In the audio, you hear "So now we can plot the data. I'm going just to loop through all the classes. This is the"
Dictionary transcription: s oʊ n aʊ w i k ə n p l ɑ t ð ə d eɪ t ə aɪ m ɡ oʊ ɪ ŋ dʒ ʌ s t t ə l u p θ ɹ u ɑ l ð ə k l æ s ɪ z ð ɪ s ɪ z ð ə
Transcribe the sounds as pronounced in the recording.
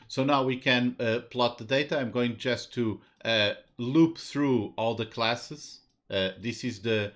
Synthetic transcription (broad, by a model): s oʊ n aʊ w i k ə n p l ɑ t ð ə d eɪ t ə aɪ m ɡ oʊ ɪ ŋ dʒ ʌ s t t ə l u p θ ɹ u ɑ l ð ə k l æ s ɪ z ð ɪ s ɪ z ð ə